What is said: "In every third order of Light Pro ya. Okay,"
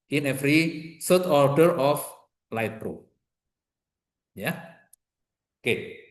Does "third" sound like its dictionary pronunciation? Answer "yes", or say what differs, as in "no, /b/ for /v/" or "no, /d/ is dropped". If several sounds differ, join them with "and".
no, /s/ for /θ/